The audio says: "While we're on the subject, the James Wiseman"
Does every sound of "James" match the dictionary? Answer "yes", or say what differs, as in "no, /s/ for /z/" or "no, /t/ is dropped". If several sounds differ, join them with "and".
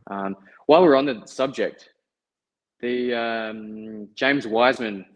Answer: yes